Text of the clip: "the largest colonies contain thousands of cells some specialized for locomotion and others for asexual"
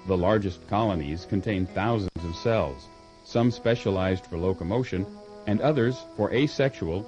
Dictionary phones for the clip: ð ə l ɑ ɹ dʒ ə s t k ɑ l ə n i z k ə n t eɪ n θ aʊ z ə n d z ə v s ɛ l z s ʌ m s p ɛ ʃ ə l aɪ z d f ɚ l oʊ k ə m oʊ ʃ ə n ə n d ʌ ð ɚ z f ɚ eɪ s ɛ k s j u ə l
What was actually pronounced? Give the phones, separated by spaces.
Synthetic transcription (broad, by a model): ð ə l ɑ ɹ dʒ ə s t k ɑ l ə n i z k ə n t eɪ n θ aʊ z ə n d z ə v s ɛ l z s ʌ m s p ɛ ʃ ə l aɪ z d f ɚ l oʊ k ə m oʊ ʃ ə n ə n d ʌ ð ɚ z f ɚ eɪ s ɛ k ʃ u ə l